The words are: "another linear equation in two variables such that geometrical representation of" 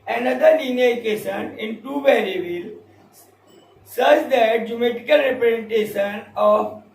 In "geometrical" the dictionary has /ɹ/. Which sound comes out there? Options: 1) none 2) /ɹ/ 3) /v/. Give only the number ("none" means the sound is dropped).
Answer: 1